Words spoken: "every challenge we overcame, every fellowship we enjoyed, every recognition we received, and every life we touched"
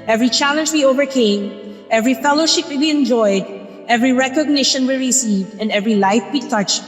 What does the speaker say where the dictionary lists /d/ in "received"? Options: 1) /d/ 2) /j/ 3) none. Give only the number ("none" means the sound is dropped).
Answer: 1